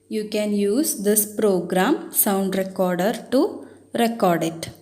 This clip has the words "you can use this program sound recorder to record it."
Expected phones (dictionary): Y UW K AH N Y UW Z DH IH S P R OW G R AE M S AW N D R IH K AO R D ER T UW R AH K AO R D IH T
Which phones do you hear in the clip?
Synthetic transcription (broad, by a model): Y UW K AH N Y UW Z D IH S P R OW G R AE M S AW N D R IH K AO R D ER T UW R AH K AO R D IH T